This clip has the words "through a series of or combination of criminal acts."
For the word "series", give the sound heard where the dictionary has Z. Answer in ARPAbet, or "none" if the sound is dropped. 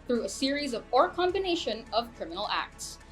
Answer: Z